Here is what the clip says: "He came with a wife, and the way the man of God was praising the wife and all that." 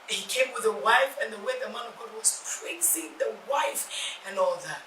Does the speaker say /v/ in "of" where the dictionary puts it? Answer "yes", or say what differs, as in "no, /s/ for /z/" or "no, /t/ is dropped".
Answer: yes